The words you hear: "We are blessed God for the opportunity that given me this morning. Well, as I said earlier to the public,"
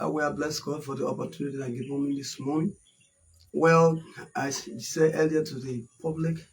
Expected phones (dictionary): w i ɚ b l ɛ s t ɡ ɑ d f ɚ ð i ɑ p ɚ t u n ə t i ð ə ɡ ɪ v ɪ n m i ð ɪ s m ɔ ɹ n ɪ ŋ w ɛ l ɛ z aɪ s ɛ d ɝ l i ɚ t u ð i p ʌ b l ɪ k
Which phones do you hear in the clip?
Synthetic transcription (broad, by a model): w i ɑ b l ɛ s ɡ ɑ d f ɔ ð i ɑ p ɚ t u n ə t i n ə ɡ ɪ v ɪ m i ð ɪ s m ɔ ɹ n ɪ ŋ w ɛ l aɪ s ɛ ɝ l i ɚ t u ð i p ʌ b l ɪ k